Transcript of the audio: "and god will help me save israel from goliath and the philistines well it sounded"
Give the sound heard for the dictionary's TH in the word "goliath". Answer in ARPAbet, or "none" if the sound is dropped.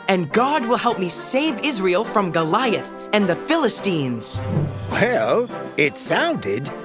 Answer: TH